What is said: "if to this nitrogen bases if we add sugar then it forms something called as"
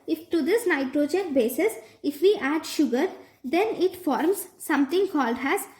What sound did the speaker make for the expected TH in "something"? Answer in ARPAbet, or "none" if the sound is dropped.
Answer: T